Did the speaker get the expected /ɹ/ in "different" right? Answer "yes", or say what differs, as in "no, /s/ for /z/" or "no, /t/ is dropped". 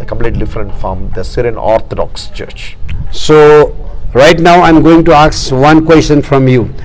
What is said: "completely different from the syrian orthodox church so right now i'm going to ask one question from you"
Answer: yes